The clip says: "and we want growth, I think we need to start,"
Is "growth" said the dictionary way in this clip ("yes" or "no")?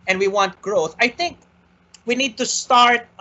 yes